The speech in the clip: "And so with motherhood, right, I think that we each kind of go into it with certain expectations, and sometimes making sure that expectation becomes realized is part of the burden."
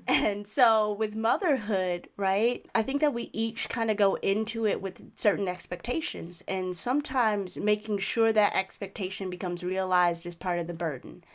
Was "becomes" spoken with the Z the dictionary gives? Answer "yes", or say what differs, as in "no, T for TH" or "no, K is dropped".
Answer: yes